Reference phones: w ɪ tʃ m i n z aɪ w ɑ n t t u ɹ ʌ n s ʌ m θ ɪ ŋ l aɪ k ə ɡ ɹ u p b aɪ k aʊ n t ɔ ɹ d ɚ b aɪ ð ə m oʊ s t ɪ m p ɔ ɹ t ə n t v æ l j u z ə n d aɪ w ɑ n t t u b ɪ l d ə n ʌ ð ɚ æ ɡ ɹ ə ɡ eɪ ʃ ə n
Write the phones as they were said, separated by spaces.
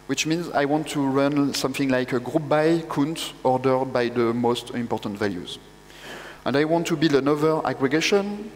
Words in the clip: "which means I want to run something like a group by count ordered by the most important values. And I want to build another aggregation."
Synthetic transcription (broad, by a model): w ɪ tʃ m i n z aɪ w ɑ n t t u ɹ ʌ n s ʌ m θ ɪ ŋ l aɪ k ə ɡ ɹ u p b aɪ k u n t ɔ ɹ d ɚ b aɪ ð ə m oʊ s t ɪ m p ɔ ɹ t ə n t v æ l j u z ə n d aɪ w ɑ n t t u b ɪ l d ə n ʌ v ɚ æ ɡ ɹ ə ɡ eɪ ʃ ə n